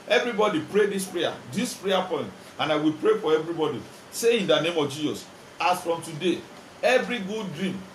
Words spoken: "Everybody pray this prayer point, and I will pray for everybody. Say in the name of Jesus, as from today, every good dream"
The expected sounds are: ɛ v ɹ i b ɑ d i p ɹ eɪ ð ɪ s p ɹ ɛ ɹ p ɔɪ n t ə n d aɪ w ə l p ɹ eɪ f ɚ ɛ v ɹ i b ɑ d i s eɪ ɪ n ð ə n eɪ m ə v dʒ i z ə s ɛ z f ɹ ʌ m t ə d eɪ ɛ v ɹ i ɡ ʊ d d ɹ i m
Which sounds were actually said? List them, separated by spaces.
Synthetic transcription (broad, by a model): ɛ v ɹ i b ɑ d i p ɹ eɪ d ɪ s p ɹ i ɹ p ɔɪ n t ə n aɪ w ə l p ɹ eɪ f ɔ ɛ v ɹ i b ɑ d i s eɪ ɪ n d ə n eɪ m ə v dʒ i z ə s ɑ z f ɹ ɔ m t ə d eɪ ɛ v ɹ i ɡ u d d ɹ i m